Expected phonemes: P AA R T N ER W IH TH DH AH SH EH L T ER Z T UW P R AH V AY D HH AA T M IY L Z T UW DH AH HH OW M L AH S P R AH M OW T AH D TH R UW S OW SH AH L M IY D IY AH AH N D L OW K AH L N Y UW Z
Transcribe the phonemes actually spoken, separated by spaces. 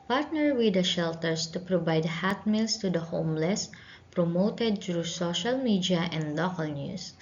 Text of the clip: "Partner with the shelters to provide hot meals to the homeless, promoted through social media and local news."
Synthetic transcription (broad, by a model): P AA R T N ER W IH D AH SH EH L T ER S T UW P R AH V AY D HH AA T M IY L S T UW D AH HH OW M L AH S P R AH M OW T AH D T R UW S OW SH AH L M IY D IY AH AH N D L OW K AH L N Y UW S